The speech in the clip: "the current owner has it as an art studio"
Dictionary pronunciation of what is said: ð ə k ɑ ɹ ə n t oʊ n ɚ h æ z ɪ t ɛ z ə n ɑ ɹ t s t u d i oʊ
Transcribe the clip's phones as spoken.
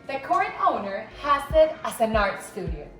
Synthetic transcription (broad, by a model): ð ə k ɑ ɹ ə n oʊ n ɚ h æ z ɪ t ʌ s ə n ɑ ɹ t s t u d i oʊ